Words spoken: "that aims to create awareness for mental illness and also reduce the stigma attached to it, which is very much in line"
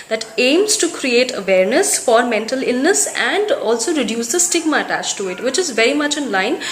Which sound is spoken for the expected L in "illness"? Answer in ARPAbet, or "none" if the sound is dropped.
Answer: L